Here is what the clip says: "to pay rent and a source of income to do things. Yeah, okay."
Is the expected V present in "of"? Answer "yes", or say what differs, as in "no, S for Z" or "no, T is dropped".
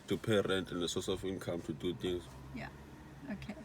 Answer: no, F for V